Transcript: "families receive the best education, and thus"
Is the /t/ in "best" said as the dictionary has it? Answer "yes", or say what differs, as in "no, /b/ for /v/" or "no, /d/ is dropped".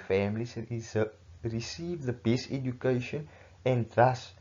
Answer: no, /t/ is dropped